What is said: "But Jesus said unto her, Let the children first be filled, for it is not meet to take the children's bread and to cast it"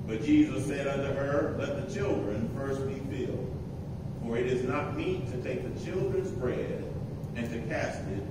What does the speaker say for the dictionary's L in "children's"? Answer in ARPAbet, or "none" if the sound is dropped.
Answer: L